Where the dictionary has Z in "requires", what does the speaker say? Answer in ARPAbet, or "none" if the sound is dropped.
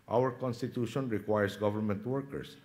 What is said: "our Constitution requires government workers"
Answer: S